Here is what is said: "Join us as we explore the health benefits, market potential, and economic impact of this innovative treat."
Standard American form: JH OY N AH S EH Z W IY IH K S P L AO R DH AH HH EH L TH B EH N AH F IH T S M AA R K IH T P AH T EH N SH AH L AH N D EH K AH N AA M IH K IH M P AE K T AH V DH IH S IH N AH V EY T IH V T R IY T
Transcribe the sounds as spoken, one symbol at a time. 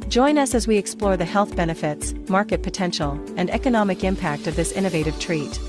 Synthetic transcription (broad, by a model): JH OY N AH S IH Z W IY IH K S P L AO R DH AH HH EH L TH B EH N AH F IH T S M AA R K IH T P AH T EH N SH L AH N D EH K AH N AA M IH K IH M P AE K T AH V DH IH S IH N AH V EY T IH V T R IY T